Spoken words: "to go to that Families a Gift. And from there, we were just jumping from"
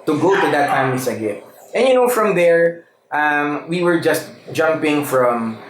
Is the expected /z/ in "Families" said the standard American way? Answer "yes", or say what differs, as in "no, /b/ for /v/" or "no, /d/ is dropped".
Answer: no, /s/ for /z/